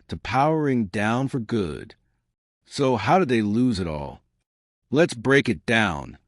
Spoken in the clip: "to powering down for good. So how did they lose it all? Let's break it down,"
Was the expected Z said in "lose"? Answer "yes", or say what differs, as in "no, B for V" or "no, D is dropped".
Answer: yes